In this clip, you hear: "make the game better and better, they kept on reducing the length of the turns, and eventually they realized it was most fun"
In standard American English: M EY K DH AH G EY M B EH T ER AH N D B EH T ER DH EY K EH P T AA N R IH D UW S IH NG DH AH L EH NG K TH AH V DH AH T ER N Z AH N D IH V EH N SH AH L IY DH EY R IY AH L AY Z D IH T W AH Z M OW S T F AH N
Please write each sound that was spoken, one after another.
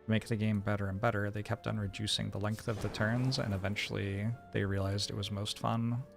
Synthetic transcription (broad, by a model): M EY K DH AH G EY M B EH T ER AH N B EH T ER DH EY K EH P T N R IH D UW S IH NG DH AH L EH NG K TH AH V DH AH T ER N Z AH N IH V EH N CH L IY DH EY R IY AH L AY Z D IH T W AH Z M OW S T F AH N